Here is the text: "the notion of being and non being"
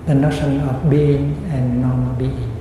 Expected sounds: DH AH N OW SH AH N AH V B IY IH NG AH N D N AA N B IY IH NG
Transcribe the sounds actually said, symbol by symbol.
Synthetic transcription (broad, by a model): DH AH N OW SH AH N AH F B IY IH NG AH N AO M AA L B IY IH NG